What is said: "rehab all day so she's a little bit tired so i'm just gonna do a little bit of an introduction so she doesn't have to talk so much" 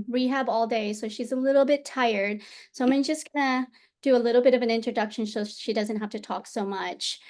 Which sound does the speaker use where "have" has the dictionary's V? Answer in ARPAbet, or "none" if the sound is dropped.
F